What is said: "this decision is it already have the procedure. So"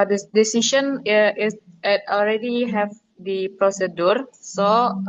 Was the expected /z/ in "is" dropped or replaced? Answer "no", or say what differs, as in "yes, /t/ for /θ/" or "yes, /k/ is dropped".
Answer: yes, /s/ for /z/